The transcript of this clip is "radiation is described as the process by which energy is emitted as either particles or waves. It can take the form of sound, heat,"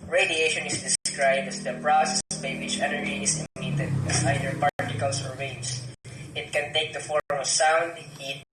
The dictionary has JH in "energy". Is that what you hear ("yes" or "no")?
no